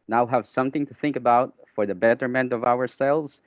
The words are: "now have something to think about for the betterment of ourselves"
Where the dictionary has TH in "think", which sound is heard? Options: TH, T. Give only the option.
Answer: TH